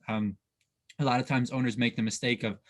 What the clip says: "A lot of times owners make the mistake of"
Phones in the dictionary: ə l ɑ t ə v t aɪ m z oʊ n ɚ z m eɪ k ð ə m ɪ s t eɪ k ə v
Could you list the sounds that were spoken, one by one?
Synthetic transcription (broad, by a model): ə l ɑ t ə v t aɪ m z oʊ n ɚ z m eɪ k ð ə m ɪ s t eɪ k ə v